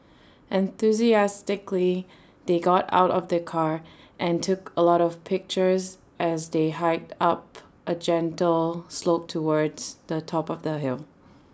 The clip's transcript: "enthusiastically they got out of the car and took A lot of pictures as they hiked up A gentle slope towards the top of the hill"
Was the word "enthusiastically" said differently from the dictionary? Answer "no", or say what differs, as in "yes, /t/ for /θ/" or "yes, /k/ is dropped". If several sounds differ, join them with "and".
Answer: no